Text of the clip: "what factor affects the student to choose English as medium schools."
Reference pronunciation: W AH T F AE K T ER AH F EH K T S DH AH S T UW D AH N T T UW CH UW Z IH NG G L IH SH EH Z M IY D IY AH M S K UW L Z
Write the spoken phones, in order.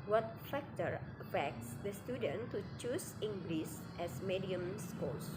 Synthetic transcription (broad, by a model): W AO T F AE K T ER AH F EH K T S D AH S T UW D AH N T T UW CH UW S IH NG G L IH S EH S M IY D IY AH M S K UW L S